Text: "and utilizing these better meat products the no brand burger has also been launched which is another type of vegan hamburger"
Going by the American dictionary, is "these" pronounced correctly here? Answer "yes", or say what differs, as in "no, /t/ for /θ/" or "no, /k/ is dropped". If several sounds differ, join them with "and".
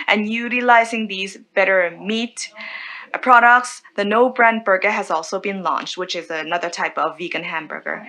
yes